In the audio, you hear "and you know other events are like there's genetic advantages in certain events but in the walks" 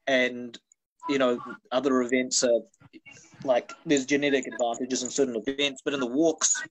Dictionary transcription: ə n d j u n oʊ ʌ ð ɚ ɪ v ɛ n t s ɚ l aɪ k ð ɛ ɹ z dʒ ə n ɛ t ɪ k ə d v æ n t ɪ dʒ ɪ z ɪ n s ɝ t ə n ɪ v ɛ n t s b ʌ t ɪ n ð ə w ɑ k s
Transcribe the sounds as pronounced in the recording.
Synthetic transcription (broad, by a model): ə n j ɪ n oʊ ʌ ð ɚ ɪ v ɛ n t s ɚ l aɪ k ð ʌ ɹ z dʒ ə n ɛ t ɪ k ə d v æ n t ɪ dʒ ɪ z ɪ n s ɝ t n ɪ v ɛ n t s b ʌ t ɪ n ð ə w ɑ k s